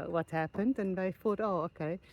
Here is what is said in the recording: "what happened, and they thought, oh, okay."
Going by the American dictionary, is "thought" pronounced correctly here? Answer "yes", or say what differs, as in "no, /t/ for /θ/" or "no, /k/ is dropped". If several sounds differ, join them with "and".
no, /f/ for /θ/